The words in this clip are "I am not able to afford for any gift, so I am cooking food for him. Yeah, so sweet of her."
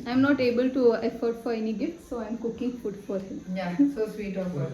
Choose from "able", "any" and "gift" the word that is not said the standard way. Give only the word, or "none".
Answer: gift